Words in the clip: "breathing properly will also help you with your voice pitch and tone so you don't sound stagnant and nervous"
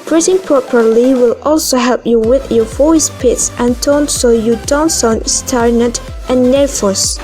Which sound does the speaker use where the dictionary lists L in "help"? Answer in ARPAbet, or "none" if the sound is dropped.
L